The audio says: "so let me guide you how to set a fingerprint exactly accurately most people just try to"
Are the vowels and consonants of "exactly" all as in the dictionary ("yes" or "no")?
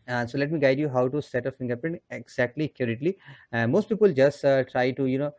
yes